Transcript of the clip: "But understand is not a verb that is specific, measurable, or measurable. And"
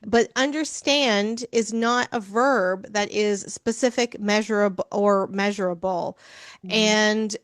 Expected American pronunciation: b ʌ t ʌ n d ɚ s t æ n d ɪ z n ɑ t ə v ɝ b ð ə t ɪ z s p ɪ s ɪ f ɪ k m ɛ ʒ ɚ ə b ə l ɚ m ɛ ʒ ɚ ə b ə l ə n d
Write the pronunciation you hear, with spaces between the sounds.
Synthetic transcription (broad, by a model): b ʌ t ʌ n d ɚ s t æ n d ɪ z n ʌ t ə v ɝ b ð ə t ɪ z s p ɪ s ɪ f ɪ k m ɛ ʒ ɚ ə b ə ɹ m ɛ ʒ ɚ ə b l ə n